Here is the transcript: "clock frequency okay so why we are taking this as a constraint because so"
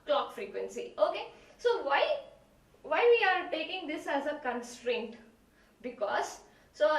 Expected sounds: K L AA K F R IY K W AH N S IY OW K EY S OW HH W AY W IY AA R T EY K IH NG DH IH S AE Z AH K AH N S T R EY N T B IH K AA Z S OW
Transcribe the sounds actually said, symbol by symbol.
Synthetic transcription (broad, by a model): K L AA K F R IY K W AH N S IY OW K EY S OW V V AY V IY AA R T EY K IH NG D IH S AE Z AH K AH N S T R EY N T B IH K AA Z S OW